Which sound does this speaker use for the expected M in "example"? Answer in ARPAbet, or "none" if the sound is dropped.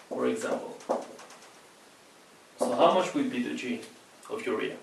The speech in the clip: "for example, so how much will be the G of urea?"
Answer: M